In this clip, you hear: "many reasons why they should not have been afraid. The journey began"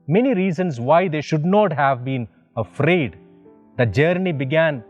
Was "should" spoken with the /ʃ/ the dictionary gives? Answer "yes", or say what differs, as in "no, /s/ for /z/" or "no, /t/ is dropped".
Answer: yes